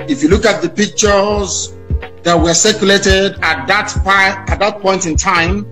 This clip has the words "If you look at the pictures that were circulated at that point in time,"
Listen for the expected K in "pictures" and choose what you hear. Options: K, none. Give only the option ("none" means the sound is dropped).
K